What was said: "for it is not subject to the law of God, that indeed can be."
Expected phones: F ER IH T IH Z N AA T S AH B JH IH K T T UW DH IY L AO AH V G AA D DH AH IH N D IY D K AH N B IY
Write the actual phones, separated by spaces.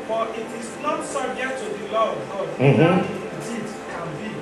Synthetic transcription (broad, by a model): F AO IH T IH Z N AA T S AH JH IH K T T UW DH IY L AO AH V G AA D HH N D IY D K AH N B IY